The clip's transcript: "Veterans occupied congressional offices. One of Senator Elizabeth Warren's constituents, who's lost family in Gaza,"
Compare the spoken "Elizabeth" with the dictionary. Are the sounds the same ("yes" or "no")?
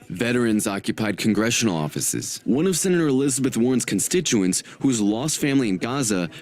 yes